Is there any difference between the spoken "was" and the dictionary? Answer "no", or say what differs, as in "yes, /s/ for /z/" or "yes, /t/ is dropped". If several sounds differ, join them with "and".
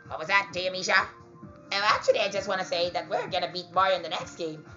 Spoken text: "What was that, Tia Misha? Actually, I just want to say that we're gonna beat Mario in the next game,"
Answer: no